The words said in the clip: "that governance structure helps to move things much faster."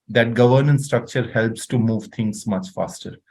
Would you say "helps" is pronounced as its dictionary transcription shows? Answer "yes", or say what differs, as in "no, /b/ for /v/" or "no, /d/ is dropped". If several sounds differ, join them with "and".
yes